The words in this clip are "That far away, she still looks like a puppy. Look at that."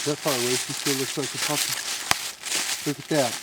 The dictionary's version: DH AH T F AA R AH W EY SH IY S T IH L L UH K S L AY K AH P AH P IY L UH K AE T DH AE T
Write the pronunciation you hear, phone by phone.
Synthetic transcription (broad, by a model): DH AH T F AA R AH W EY S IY S T IH L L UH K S L AY K AH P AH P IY L UH K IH T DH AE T